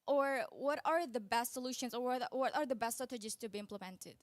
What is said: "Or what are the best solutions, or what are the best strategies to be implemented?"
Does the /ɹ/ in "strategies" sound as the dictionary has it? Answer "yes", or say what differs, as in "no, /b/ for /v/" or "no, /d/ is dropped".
no, /ɹ/ is dropped